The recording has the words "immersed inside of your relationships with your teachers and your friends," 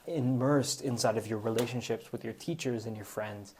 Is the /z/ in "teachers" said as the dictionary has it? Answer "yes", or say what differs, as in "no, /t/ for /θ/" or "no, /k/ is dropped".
yes